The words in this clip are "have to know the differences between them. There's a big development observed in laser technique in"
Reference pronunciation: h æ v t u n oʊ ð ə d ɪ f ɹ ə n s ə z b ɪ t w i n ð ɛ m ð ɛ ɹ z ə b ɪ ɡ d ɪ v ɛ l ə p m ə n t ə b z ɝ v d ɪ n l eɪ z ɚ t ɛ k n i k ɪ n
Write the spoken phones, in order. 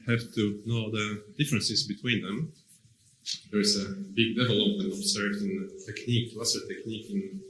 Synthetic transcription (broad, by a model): h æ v t u n oʊ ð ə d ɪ f ɹ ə n s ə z b ɪ t w i n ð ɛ m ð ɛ ɹ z ə b ɪ ɡ d ɪ v ɛ l ə p m ə n t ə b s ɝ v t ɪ n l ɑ s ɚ t ɛ k n i k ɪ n